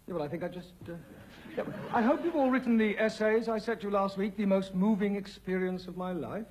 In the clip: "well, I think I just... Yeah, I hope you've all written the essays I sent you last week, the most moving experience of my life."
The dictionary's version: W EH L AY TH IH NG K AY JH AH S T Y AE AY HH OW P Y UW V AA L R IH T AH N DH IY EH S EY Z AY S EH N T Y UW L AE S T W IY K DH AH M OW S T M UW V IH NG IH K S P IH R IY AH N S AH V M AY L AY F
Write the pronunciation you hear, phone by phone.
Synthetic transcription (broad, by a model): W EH L AY TH IH NG K AY JH AH S T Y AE AY HH OW P Y UW V AA L R IH T N DH IY EH S EY Z AY S EH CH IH L AE S T W IY K DH AH M OW S T M UW V IH NG IH K S P IH R IY AH N S AH V M AY L AY F